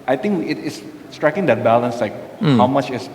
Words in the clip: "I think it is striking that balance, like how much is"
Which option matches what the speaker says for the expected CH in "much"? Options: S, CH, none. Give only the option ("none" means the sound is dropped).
CH